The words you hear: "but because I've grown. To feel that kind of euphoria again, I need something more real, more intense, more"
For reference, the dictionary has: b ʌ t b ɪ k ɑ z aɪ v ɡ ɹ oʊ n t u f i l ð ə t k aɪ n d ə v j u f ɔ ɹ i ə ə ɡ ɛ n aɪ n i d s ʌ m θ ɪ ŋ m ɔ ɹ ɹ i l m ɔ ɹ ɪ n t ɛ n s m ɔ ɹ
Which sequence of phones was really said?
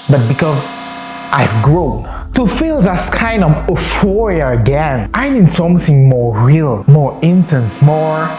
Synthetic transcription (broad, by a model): b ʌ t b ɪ k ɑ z aɪ v ɡ ɹ oʊ n t u f i l ð ə t k aɪ n d ə v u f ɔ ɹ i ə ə ɡ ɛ n aɪ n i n s ʌ m θ ɪ ŋ m ɔ ɹ ɹ i l m ɔ ɹ ɪ n t ɛ n s m ɔ ɹ